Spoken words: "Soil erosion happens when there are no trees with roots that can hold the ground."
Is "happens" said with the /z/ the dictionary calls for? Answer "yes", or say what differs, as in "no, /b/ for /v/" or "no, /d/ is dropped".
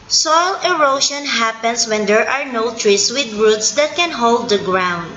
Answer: no, /s/ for /z/